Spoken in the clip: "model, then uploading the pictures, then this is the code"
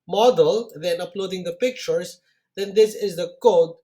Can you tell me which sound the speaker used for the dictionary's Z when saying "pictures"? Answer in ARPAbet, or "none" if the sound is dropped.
S